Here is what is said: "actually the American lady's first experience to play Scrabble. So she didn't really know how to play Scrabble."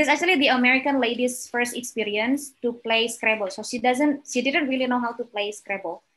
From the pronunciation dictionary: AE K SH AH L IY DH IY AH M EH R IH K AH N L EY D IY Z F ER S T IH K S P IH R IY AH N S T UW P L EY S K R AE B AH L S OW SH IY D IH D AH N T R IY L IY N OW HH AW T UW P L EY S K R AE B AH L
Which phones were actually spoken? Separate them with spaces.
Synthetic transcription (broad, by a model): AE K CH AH L IY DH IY AH M EH R IH K AH N L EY D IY S F ER S T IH K S P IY R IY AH N S T UW P L EY S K R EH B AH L S OW SH IY D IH D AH N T R IY L IY N OW HH AW T UW P L EY S K R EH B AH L